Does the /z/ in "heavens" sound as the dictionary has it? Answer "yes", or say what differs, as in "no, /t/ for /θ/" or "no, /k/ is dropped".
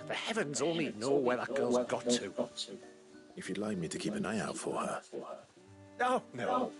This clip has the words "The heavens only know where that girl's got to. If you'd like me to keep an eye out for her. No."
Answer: yes